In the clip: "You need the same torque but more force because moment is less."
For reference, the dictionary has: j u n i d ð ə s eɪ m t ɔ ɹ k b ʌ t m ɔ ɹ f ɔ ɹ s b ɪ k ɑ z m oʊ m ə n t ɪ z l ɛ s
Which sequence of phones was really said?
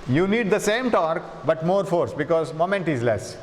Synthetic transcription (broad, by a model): j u n i d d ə s eɪ m t ɔ ɹ k b ʌ t m ɔ ɹ f ɔ ɹ s b ɪ k ɑ z m oʊ m ə n t ɪ z l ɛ s